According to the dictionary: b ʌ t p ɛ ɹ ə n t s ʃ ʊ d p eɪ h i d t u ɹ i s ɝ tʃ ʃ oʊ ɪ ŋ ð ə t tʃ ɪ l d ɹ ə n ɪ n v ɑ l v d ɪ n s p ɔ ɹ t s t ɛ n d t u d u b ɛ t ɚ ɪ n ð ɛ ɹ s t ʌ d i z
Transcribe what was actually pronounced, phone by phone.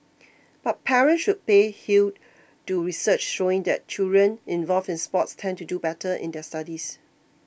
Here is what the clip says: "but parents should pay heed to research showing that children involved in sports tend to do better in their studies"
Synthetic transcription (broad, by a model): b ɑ t p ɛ ɹ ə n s ʃ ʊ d p eɪ h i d t u ɹ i s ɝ tʃ ʃ oʊ ɪ ŋ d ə t tʃ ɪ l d ɹ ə n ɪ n v ɑ l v ɪ n s p ɔ t s t ɛ n t u d u b ɛ t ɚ ɪ n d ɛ s t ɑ d i s